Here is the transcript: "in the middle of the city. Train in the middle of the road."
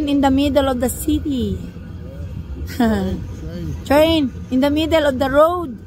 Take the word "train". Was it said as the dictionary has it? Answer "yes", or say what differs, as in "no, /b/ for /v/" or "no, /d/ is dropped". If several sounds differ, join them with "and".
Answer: yes